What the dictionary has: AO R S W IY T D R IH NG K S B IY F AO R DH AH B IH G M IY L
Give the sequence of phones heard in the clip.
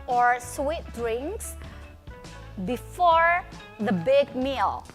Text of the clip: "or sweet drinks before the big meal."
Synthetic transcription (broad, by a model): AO R S W IY T D R IH NG K S B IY F AO R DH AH B IH G M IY L